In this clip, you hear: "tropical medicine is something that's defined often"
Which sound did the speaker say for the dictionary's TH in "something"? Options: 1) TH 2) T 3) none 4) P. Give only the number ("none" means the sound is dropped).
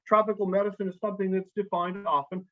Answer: 1